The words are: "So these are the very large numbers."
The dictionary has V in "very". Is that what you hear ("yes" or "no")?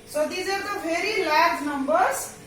no